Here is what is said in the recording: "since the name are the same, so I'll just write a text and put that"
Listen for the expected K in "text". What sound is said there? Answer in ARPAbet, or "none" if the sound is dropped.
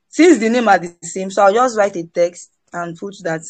K